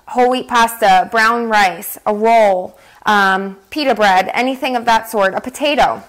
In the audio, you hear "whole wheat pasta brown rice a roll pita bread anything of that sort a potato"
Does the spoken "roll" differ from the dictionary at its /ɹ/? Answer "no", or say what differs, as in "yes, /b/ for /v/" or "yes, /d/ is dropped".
yes, /w/ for /ɹ/